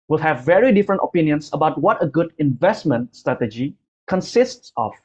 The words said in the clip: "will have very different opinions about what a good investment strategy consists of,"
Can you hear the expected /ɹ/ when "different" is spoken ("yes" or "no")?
yes